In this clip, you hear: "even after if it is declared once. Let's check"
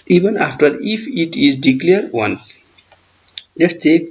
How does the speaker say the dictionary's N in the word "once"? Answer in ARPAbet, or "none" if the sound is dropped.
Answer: N